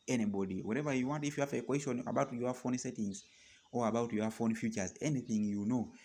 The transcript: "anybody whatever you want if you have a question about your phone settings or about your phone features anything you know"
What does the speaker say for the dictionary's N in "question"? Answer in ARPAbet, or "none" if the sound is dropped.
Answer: N